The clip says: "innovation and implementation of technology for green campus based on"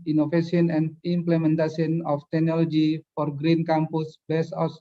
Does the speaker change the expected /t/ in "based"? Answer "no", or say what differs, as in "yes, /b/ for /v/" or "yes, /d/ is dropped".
yes, /t/ is dropped